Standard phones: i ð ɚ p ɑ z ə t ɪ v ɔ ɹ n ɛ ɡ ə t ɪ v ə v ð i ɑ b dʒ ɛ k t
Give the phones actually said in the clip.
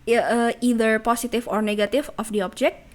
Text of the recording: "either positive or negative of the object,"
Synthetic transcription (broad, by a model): i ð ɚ p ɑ s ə t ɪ f ɔ ɹ n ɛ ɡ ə t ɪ f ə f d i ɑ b dʒ ɛ k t